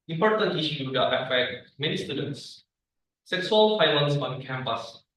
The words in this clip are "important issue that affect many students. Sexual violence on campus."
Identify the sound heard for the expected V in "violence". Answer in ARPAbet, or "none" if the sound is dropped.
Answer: F